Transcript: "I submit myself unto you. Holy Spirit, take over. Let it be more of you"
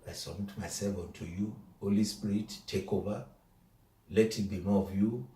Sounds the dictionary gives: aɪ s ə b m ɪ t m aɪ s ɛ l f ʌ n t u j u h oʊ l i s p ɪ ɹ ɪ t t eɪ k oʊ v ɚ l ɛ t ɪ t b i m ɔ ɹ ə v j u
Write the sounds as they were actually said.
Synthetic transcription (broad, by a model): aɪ s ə m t m aɪ s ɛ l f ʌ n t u j u h oʊ l i s p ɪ ɹ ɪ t t eɪ k oʊ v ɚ l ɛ t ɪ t b i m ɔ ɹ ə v j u